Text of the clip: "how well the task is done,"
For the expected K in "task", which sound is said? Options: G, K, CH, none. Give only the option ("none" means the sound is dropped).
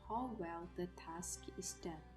K